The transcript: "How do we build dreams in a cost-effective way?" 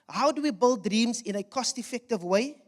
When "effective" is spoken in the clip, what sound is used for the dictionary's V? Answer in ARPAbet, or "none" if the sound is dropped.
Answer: V